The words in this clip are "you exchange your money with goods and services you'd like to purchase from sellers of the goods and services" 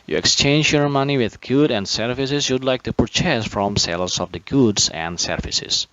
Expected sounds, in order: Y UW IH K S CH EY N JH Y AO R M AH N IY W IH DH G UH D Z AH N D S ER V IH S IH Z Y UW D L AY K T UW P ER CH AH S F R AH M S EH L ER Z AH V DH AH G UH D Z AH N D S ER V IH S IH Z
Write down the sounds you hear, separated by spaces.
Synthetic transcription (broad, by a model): Y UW IH K S CH EY N JH Y AO R M AH N IY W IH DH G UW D AH N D S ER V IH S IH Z Y UW D L AY K T UW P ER CH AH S F R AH M S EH L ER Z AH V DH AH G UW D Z AH N D S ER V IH S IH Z